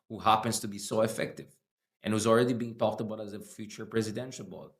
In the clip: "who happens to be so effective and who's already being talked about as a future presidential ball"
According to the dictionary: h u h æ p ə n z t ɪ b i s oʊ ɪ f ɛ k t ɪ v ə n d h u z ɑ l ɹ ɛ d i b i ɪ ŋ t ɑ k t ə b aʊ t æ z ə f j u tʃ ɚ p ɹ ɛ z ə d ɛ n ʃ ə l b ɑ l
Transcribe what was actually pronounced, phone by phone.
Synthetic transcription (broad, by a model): h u h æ p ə n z t ɪ b i s oʊ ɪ f ɛ k t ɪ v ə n h u z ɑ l ɹ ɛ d i b i ɪ ŋ t ɑ k t ə b aʊ t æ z ə f j u tʃ ɚ p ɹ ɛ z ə d ɛ n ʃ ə l b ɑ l